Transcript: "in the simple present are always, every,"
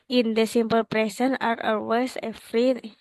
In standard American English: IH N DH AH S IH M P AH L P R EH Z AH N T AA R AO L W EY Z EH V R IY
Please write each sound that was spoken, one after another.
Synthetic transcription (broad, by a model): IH N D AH S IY M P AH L P R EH S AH N AA R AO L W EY S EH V R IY